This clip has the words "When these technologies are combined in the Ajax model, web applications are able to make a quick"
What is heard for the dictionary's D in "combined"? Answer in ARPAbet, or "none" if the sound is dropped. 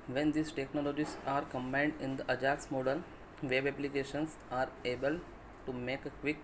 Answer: D